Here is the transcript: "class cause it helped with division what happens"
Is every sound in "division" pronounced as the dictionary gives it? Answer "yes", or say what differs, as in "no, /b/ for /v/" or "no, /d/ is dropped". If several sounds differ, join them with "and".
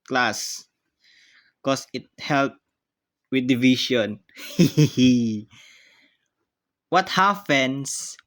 no, /ʃ/ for /ʒ/